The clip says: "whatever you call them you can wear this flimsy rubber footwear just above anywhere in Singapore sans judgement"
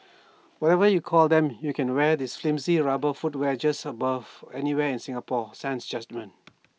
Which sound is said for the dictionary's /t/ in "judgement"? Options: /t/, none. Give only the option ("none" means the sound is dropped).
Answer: none